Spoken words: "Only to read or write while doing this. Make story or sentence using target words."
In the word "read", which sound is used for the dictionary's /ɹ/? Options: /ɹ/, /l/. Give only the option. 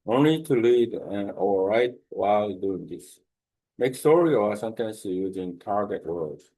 /l/